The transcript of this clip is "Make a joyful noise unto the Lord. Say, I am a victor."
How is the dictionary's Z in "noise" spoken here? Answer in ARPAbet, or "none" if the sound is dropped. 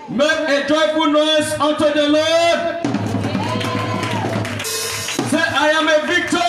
S